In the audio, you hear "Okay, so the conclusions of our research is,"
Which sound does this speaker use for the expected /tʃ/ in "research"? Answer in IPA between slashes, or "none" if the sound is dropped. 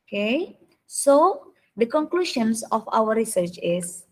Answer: /tʃ/